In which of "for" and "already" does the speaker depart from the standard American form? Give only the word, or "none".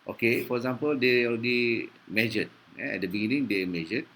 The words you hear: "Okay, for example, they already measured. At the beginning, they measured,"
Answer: already